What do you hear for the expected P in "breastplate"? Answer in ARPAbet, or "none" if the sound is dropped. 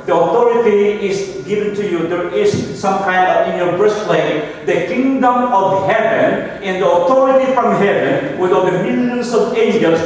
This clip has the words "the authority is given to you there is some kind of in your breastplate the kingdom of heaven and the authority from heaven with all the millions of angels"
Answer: none